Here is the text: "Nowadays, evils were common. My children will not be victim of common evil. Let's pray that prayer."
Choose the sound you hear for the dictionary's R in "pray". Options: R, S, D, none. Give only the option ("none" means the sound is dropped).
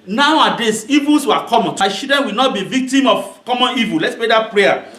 none